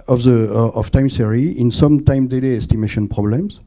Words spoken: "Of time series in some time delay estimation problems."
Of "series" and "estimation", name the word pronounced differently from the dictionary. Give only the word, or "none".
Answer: series